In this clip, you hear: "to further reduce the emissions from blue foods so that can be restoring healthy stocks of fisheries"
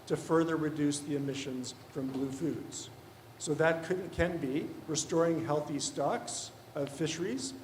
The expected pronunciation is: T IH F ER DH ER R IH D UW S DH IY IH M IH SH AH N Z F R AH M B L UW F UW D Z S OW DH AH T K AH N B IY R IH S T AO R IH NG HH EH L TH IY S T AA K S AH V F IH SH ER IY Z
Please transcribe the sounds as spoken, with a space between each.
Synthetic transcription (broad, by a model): T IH F ER DH ER R IH D UW S DH IY IH M IH SH AH N Z F R AH M B L UW F UW D Z S OW DH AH T K AH N B IY R IH S T AO R IH NG HH EH L TH IY S T AA K S AH V F IH SH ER IY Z